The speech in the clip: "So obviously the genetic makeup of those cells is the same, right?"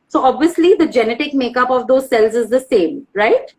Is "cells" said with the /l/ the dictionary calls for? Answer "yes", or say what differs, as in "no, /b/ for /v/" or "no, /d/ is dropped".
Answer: yes